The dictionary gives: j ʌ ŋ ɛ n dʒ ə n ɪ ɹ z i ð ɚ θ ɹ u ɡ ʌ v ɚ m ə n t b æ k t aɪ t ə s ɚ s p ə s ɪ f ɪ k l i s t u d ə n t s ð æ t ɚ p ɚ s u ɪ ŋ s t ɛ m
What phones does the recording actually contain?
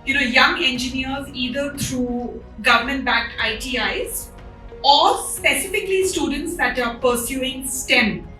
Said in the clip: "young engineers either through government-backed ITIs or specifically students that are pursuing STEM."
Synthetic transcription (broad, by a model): j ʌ ŋ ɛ n dʒ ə n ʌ ɹ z i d ɚ t ɹ u ɡ ʌ v ɚ m ə n t b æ k aɪ t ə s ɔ s p ə s ɪ f ɪ k l i s t u d ə n t s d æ t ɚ p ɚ s u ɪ ŋ s t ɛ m